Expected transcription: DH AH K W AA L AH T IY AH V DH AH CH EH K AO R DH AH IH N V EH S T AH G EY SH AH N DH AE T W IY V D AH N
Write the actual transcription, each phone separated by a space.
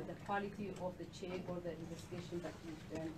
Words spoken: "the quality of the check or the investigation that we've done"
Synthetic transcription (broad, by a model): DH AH K W AA L AH T IY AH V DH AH CH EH AO R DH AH IH N V EH S T AH G EY SH AH N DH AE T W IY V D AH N